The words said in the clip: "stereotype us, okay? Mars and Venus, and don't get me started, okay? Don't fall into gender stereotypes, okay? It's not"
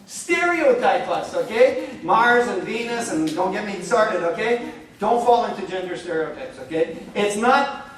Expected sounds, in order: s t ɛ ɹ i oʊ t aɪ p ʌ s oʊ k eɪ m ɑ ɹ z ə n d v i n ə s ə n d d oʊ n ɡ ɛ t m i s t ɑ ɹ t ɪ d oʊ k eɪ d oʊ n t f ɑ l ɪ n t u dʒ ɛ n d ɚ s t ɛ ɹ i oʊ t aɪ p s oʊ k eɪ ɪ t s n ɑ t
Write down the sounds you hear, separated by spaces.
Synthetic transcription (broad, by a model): s t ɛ ɹ i oʊ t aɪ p ʌ s oʊ k eɪ m ɑ ɹ z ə n v i n ə s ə n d d oʊ n ɡ ɛ t m i s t ɑ ɹ t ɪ d oʊ k eɪ d oʊ n t f ɑ l ɪ n t u dʒ ɛ n d ɚ s t ɛ ɹ i oʊ t aɪ p s oʊ k eɪ ɪ t s n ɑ t